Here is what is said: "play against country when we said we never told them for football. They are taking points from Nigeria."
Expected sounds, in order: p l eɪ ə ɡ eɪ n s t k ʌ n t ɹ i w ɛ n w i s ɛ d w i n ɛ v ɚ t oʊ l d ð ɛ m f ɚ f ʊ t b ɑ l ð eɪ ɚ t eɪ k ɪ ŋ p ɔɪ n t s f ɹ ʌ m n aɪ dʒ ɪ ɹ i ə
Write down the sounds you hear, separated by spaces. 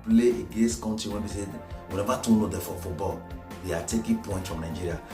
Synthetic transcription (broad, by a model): p l eɪ ə ɡ eɪ n s t k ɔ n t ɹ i w ɛ n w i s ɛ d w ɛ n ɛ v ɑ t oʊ n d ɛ f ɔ f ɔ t b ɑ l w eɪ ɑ t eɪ k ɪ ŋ p ɔɪ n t f ɹ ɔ m n aɪ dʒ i ɹ i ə